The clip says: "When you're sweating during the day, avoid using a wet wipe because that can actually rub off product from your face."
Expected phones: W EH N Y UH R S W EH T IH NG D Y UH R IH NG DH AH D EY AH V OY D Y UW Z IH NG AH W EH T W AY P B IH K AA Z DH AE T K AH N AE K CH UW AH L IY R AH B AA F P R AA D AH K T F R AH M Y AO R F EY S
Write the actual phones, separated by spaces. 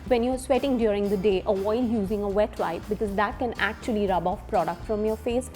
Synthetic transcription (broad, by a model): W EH N Y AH R S W EH T IH NG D Y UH R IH NG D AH D EY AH OY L Y UW Z IH NG AH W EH T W AY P B IH K AA Z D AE T K AH N AE K CH UW AH L IY R AH B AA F P R AA D AH K T F R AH M Y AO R F EY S